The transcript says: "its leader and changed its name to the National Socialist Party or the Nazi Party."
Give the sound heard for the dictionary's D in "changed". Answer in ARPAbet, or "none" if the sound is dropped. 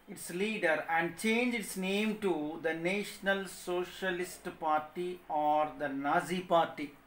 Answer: none